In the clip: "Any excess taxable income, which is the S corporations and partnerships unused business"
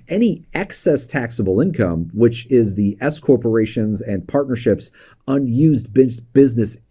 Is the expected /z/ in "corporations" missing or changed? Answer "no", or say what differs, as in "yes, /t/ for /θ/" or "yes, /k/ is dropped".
no